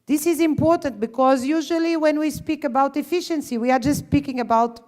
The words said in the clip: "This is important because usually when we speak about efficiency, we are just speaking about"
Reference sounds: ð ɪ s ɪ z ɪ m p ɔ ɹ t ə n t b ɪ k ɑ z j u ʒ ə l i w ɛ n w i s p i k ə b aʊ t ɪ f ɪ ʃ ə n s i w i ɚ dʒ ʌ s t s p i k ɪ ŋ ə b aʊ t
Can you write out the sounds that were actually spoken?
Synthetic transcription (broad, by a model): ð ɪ s ɪ z ɪ m p ɔ ɹ t ə n t b ɪ k ɑ z j u ʒ ə l i w ɛ n w i s p i k ə b aʊ t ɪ f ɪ ʃ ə n s i w i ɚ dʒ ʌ s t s p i k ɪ ŋ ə b aʊ t